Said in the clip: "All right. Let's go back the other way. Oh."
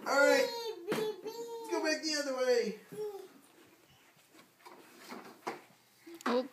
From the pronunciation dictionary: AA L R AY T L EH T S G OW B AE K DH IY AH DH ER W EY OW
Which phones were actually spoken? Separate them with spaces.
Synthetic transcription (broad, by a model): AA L R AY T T G OW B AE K DH IY AH DH ER W EY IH